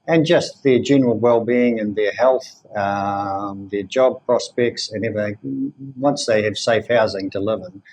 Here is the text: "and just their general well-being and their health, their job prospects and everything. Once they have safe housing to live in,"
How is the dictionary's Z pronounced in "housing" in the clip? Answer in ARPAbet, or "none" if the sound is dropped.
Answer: Z